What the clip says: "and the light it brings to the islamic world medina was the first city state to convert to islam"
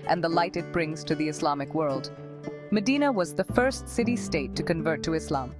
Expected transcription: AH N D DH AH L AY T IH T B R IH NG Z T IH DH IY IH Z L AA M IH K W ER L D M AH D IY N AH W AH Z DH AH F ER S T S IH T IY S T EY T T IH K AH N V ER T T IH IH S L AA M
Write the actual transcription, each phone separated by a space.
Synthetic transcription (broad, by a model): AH N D DH AH L AY T IH T B R IH NG Z T IH DH IY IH S L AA M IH K W ER L D M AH D IY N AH W AH Z DH AH F ER S T S IH T IY S T EY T T IH K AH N V ER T T IH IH S L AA M